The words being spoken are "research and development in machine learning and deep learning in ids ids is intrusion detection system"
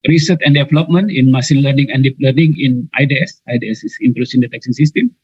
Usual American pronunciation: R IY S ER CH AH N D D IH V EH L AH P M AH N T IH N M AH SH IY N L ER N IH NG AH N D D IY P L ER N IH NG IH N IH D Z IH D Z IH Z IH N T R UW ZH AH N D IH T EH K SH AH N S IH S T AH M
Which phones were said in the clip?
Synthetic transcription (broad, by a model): R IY S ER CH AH N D D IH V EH L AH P M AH N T IH N M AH S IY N L ER N IH NG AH N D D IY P L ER N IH NG IH N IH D S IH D S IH S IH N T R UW S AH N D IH T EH K S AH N S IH S T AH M